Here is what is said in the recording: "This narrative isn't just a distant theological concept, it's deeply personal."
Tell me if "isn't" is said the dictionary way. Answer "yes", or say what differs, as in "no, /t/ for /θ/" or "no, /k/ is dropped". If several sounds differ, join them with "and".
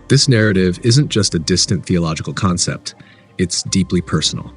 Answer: yes